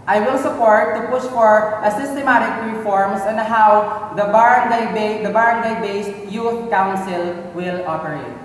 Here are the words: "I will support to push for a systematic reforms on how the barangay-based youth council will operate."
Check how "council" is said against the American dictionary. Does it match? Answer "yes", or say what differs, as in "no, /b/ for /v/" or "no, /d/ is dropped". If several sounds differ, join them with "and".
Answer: yes